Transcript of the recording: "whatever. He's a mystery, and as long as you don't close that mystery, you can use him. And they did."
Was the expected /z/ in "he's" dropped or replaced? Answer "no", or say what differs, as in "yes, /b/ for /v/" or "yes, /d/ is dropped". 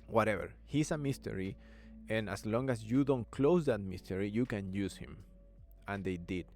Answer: yes, /s/ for /z/